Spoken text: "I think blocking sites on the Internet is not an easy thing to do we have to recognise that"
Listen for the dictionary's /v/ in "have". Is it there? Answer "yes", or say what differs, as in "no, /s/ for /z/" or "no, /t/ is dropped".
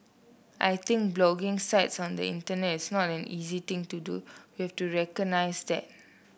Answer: no, /f/ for /v/